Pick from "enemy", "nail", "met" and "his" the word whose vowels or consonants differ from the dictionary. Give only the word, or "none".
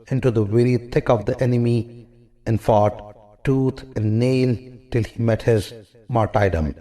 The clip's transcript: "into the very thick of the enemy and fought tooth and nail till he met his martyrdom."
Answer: none